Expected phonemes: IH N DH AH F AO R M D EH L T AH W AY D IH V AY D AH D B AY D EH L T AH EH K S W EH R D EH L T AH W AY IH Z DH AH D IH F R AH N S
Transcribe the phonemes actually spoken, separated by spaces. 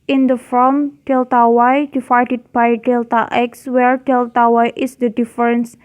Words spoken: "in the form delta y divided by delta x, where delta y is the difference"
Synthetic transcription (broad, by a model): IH N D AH F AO L M D EH L T AH W AY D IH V AY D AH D B AY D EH L T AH EH K S W EH R D EH L T AH W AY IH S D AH D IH F R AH N S